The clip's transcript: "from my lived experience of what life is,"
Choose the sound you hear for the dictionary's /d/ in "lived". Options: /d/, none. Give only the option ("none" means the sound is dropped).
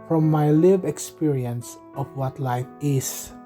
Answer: none